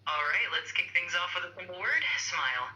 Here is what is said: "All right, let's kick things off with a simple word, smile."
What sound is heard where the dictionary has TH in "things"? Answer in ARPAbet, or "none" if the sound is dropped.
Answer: TH